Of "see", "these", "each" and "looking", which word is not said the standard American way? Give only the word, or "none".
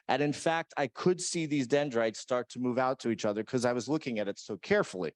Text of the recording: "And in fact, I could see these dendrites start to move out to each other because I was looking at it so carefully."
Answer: none